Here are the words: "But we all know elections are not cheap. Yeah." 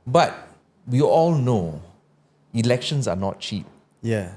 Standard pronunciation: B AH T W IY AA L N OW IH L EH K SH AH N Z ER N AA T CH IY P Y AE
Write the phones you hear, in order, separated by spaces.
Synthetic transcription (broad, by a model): B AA T W IY AA L N OW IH L EH K SH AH N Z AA N AA T CH IY P Y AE